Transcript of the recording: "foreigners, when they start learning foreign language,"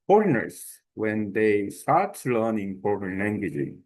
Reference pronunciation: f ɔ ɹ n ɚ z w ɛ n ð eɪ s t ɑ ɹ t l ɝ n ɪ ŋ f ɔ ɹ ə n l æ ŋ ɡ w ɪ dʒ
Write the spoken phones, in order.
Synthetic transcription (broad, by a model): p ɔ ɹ n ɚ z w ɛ n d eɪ s t ɑ ɹ t l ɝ n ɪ ŋ p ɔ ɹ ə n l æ ŋ ɡ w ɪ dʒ